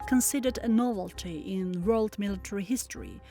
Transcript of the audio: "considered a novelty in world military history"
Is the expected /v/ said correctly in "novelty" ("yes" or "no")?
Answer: yes